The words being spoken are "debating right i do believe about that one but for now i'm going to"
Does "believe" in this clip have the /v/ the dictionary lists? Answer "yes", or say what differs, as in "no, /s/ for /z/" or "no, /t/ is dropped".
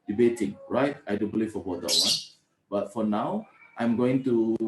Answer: no, /f/ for /v/